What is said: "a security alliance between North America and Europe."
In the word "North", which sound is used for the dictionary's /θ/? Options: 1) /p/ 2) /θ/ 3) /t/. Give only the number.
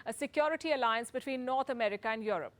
3